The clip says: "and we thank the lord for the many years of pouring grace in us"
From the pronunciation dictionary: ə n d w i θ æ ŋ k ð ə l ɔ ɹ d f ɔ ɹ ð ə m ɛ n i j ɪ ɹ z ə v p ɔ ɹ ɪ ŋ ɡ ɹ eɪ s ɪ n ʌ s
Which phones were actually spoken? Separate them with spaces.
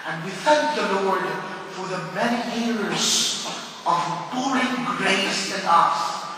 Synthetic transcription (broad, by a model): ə n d w i θ æ ŋ k ð ə l ɔ ɹ d f ɔ ɹ ð ə m ɛ n i j ɪ ɹ z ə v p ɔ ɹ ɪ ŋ ɡ ɹ eɪ s ɪ n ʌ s